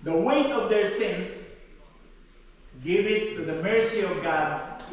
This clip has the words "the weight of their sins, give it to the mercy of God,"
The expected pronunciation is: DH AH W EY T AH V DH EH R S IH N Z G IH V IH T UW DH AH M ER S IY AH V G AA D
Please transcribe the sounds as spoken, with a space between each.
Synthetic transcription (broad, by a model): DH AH W EY T AH V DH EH R S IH N S G IH V IH T UW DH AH M ER S IY AH V G AA D